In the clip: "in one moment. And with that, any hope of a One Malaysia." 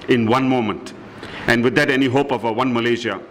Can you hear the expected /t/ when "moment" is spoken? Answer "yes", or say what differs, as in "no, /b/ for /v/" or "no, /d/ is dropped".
yes